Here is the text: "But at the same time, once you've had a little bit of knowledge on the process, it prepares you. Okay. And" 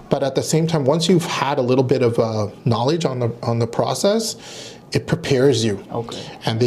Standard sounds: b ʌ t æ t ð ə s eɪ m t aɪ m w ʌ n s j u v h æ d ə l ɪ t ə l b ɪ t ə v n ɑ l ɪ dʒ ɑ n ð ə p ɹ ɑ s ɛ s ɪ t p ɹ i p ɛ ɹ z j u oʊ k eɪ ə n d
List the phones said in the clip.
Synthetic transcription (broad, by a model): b ʌ t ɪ t ð ə s eɪ m t aɪ m w ʌ n s j u v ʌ d ə l ɪ t l b ɪ t ə v n ɑ l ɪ dʒ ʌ n ð ə p ɹ ɑ s ɛ s ɪ t p ɹ i p ɛ ɹ z j u oʊ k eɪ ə n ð